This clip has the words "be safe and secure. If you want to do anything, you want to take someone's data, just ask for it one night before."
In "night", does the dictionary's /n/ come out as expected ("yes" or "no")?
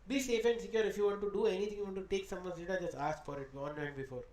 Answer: no